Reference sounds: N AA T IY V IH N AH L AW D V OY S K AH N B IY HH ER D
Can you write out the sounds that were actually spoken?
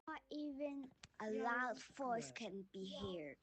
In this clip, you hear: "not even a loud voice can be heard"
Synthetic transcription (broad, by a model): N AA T IY V IH N AH L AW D F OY S K AH N B IY HH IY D